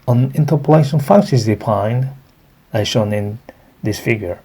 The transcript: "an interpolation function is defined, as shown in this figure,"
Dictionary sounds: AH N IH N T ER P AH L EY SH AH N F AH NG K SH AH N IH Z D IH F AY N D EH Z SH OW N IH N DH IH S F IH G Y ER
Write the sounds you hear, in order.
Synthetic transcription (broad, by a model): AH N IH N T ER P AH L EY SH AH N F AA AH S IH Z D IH P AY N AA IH SH OW N IH N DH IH S F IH G Y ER